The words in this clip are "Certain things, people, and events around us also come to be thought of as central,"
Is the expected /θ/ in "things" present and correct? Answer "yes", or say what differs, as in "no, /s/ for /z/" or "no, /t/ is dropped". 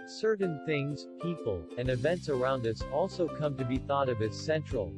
yes